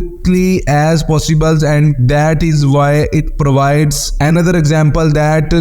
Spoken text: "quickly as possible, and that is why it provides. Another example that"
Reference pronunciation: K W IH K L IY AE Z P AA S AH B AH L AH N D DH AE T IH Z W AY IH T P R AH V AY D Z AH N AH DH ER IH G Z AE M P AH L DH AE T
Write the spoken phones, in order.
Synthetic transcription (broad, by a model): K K L IY AE Z P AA S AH B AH L AH N D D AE T IH Z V AY IH T P R AH V AY D Z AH N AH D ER IH G Z AE M P AH L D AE T